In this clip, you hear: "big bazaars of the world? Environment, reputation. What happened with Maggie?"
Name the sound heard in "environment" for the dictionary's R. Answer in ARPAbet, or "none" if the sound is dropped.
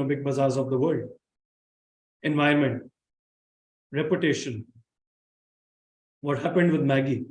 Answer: none